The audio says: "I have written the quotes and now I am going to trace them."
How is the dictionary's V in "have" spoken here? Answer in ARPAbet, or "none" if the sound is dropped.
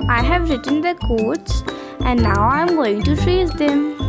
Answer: V